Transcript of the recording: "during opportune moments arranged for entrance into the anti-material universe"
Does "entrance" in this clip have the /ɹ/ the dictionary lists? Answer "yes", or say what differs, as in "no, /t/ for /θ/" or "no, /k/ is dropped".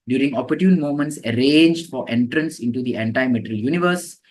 yes